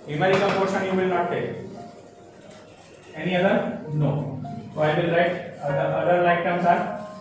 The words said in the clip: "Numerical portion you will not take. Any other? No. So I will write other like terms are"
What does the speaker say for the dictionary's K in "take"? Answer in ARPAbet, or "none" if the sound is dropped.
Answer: none